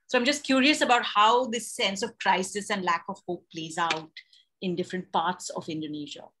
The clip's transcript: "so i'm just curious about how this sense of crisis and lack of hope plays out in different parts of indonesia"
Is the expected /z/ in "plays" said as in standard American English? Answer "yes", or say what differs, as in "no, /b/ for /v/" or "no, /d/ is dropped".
yes